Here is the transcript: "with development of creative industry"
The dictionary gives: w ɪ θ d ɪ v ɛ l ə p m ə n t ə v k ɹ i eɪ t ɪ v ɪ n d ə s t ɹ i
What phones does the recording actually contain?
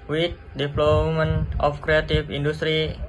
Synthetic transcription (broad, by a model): w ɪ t d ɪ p l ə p m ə n ə f k ɹ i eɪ t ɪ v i n d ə s t ɹ i